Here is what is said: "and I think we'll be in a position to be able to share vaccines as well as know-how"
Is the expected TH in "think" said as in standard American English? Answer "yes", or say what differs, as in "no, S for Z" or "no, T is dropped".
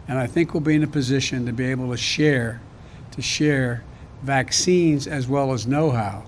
yes